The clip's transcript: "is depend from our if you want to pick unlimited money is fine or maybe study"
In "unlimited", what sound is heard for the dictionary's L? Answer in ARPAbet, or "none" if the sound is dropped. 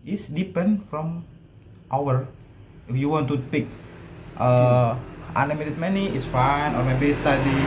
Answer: none